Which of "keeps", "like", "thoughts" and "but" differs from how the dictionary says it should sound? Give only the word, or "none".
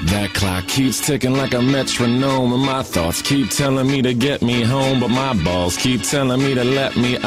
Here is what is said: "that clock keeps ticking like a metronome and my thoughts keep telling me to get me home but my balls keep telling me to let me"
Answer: none